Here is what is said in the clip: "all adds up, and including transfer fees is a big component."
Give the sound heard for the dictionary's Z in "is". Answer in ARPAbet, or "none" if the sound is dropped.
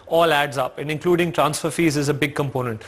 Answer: Z